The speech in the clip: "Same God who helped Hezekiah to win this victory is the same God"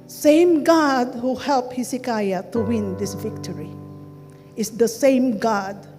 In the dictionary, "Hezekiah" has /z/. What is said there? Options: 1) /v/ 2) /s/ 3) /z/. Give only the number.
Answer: 2